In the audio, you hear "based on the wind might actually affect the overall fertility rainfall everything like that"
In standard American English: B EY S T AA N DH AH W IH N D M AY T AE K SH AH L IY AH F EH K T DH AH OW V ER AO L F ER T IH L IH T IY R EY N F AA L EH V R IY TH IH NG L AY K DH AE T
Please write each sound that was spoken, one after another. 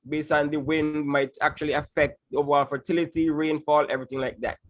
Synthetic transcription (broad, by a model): B EY S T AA N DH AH W IH N D M AY T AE K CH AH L IY AH F EH K T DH OW V ER AO L F ER T IH L IH T IY R EY N F AA L EH V R IY TH IH NG L AY K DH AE T